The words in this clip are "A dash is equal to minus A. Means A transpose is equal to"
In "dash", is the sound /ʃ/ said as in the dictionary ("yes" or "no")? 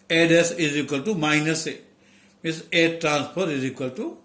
no